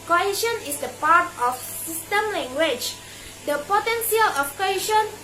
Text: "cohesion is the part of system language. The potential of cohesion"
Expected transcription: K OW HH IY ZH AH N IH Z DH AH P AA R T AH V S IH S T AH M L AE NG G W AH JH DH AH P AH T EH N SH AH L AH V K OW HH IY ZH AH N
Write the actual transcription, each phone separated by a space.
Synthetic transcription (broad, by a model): K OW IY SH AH N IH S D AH P AA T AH F S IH S T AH M L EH NG G W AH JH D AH P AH T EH N S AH L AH F K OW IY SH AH N